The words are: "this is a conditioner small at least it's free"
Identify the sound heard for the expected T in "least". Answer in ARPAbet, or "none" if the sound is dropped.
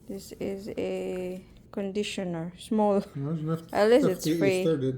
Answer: none